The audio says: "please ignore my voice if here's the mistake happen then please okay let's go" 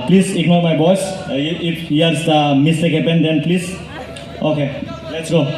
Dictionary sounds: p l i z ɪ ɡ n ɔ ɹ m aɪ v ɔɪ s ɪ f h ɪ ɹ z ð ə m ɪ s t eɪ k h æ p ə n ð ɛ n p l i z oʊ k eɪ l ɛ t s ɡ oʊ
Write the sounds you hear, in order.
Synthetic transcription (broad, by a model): p l i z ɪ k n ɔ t m aɪ b ɔɪ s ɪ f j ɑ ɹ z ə m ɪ s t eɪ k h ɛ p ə n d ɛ n p l i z oʊ k eɪ l ɛ t s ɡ oʊ